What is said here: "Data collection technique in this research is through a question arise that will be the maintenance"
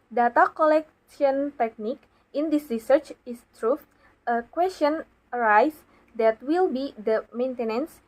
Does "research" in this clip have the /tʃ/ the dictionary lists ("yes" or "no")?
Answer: yes